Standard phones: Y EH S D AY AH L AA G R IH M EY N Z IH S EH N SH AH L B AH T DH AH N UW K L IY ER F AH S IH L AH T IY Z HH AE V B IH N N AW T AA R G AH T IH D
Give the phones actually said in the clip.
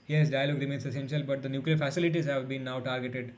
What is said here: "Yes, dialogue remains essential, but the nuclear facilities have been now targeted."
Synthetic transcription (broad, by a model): Y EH S D AY AH L AA G R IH M EY N S IH S EH N SH AH L B AH T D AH N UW K L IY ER F AH S IH L AH T IY Z HH AE V B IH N N AW T AA R G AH T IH D